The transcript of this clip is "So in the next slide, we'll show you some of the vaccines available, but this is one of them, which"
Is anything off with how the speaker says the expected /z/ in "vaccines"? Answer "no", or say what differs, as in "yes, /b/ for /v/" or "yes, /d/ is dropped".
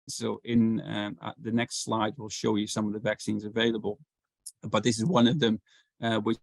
no